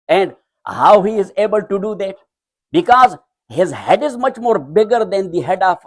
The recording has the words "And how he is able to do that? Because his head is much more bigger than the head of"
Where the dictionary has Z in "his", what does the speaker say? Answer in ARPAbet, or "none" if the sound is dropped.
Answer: Z